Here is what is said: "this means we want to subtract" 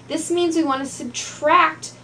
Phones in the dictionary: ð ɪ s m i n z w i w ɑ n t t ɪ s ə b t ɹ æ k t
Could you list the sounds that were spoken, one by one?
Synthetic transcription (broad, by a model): ð ɪ s m i n z w i w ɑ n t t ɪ s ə b t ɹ æ k t